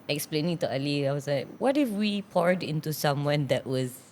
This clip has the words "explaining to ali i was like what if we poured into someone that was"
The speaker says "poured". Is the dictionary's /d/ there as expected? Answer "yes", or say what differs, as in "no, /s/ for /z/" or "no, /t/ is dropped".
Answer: yes